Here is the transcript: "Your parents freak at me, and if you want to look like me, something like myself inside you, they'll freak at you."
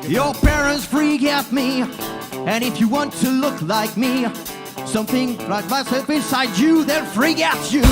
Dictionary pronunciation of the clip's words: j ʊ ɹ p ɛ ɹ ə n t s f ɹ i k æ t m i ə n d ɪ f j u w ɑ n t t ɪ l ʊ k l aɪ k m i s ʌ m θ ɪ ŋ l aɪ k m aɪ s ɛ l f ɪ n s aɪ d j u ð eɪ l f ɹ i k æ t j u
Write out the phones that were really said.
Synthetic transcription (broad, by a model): j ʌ ɹ p ɛ ɹ ə n t s f ɹ i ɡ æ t m i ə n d ɪ f j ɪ w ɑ n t t ɪ l ʊ k l aɪ k m i s ʌ m θ ɪ ŋ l aɪ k m aɪ s ɛ l f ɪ n s aɪ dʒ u ð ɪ n f ɹ i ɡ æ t j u